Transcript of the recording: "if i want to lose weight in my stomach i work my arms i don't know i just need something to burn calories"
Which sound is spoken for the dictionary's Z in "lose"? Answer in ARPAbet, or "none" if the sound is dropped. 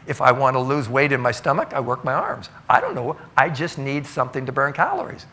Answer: Z